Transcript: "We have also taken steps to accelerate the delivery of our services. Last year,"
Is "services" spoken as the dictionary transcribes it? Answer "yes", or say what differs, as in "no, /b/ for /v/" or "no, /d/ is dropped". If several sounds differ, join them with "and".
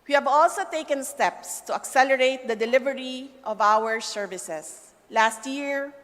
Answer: no, /s/ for /z/